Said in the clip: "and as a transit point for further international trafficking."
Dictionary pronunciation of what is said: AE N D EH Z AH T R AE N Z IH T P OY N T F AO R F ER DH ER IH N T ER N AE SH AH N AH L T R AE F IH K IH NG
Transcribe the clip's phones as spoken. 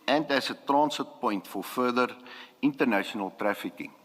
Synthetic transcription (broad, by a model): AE N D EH S AH T R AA N S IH T P OY N T F AO R F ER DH ER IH N T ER N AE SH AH N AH L T R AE F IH K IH NG